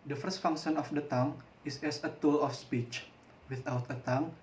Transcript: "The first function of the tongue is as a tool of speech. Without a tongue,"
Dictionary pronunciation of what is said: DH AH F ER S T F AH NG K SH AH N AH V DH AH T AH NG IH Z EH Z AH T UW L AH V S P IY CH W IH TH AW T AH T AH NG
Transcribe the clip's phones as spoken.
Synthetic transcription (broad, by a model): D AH F ER S T F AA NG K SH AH N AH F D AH T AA NG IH S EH S AH T UW L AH F S P IY CH W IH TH AW T AH T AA NG